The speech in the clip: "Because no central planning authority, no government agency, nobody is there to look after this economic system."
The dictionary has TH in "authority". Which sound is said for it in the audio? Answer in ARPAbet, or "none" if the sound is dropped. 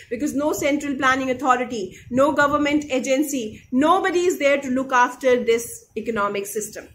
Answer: T